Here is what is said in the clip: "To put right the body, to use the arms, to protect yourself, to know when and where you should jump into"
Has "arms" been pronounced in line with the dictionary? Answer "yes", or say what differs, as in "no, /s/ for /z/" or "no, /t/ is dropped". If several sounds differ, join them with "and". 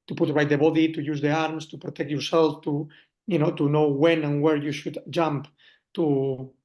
no, /s/ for /z/